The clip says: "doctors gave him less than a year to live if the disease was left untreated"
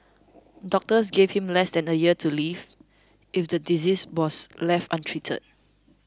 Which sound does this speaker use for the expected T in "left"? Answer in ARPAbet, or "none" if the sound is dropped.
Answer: T